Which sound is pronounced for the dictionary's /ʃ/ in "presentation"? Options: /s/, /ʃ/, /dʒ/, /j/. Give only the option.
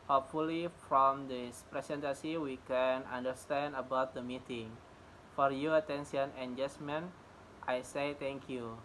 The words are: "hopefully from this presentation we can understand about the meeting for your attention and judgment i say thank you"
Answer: /s/